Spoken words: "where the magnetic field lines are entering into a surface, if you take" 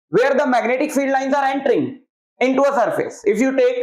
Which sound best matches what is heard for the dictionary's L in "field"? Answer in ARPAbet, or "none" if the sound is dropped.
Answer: L